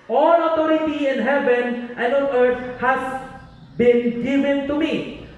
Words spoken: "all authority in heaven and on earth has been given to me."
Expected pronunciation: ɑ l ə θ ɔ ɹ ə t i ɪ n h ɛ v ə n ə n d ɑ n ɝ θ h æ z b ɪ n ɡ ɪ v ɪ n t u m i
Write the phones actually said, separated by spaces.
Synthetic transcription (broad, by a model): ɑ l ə t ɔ ɹ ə t i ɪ n h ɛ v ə n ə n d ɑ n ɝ t h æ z b ɪ n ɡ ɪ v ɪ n t u m i